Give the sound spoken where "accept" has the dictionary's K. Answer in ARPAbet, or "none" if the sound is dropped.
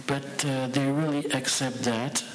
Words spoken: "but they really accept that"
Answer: K